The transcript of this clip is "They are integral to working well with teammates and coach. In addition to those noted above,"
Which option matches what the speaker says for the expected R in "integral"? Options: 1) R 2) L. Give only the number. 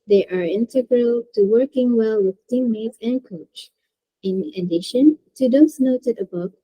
1